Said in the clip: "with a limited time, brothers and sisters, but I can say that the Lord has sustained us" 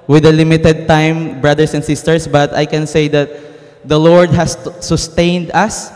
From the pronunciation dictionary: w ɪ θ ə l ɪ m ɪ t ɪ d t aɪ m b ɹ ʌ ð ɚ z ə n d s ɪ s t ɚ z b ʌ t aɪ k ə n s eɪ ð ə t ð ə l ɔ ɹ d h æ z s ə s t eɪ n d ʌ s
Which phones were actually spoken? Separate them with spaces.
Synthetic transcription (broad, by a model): w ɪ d ə l ɪ m ɪ t ɪ d t aɪ m b ɹ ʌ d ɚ s ə n d s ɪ s t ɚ s b ʌ t aɪ k ə n s eɪ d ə t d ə l ɔ ɹ d h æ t s ə s t eɪ n d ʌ s